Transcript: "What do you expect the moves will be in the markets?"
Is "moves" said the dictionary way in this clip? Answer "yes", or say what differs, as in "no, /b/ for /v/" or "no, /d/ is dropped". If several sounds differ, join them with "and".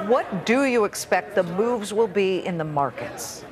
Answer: yes